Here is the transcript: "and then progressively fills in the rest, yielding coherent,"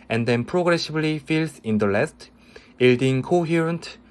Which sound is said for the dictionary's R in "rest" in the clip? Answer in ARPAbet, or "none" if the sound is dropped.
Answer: L